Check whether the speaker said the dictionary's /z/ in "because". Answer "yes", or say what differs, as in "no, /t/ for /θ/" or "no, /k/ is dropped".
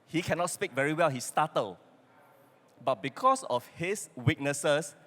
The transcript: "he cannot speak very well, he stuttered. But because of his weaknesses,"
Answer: no, /s/ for /z/